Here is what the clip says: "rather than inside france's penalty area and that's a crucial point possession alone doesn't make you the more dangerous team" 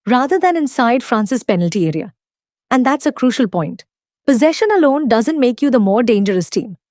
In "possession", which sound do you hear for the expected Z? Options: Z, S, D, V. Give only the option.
Z